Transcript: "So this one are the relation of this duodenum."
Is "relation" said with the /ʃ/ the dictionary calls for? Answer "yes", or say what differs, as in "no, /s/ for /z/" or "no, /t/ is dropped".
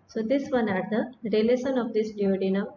no, /s/ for /ʃ/